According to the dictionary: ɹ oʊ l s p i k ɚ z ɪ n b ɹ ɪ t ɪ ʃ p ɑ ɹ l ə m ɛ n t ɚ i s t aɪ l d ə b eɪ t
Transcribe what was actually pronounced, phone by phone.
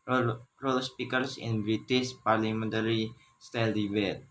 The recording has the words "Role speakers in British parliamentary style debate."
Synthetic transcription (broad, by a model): ɹ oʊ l s p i k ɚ s ɪ n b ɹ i t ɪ s p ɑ ɹ l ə m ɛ n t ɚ i s t aɪ l d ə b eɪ t